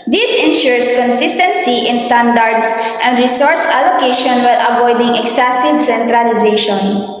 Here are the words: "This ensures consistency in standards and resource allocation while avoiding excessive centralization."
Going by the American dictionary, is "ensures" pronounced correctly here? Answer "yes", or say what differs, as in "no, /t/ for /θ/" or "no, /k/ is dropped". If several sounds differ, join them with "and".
no, /s/ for /z/